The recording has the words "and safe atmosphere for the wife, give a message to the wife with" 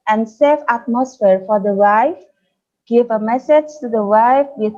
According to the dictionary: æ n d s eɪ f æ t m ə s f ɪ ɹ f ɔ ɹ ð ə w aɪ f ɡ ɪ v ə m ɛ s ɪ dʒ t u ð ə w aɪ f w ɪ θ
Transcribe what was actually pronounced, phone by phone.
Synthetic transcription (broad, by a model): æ n d s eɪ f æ t m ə s f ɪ ɹ f ɔ ɹ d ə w aɪ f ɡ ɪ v ə m ɛ s ɪ dʒ t u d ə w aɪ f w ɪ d